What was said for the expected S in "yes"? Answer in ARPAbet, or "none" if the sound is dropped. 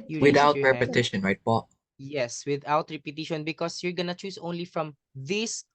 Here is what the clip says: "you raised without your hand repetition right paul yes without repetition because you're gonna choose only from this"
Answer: S